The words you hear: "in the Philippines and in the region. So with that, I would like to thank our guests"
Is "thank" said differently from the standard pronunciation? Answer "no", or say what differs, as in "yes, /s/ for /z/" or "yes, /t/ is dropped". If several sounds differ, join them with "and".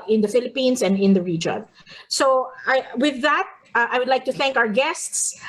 no